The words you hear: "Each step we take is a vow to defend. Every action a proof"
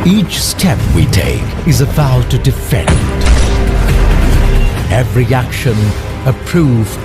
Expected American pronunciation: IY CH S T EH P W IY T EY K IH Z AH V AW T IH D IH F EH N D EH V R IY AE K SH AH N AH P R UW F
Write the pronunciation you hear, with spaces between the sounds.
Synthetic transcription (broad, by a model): IY CH S T EH P W IY T EY K IH Z AH B AW T IH D IH F EH N D EH V R IY AE K SH AH N AH P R UW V